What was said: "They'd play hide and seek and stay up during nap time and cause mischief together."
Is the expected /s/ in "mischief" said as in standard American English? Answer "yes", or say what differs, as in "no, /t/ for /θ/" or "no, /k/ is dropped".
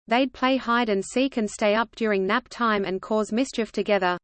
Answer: yes